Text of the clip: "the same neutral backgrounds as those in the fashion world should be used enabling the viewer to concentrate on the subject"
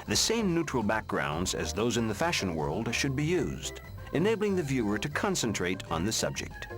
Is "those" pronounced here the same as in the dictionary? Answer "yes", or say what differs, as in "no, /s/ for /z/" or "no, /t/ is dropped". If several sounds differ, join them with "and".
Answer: yes